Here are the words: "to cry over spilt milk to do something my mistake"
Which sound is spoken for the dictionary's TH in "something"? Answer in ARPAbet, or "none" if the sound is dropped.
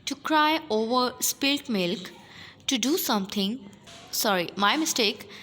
T